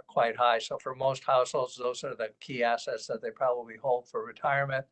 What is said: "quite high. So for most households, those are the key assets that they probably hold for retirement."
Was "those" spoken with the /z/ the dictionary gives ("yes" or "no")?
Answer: yes